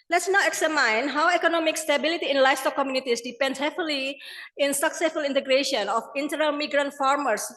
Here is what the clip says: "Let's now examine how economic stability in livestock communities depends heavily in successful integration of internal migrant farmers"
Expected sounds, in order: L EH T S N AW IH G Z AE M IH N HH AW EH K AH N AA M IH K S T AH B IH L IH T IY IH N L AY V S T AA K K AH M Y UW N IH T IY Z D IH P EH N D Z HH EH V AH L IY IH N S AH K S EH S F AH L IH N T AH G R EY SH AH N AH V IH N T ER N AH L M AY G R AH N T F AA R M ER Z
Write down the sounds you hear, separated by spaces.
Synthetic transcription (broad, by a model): L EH T S N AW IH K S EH M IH N HH AW EH K AH N AA M IH K S T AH B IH L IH T IY IH N L AY F S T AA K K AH M Y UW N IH T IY S D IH P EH N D S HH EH F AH L IY IH N S AH K S EH S F AH L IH N T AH G R EY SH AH N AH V IH N T ER N AH L M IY G R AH N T F AA R M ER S